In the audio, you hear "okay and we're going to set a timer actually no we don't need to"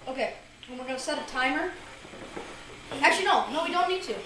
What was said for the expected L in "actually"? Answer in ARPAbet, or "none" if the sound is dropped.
N